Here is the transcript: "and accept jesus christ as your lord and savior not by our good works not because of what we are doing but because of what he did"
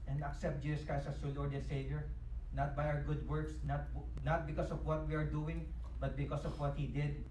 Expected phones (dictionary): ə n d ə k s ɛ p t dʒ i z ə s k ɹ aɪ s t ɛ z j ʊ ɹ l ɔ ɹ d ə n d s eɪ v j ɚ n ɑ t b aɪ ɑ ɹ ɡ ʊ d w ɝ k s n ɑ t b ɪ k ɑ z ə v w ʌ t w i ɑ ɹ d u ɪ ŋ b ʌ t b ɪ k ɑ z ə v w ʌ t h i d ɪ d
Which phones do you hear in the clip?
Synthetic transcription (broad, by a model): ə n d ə k s ɛ p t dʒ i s s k aɪ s ʌ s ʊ l ɔ ɹ d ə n s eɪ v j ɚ n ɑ t b aɪ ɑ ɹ ɡ ʊ d w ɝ k s n ɑ t b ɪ k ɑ s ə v w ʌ t w i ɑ ɹ d u ɪ ŋ b ʌ t b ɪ k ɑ s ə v w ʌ t h i d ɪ d